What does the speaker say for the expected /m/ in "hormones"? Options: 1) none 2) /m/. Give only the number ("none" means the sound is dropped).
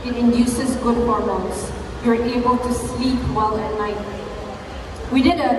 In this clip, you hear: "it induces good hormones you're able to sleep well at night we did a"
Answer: 1